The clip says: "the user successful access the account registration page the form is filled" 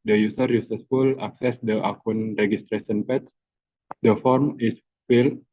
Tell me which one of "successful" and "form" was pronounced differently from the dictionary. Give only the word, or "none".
successful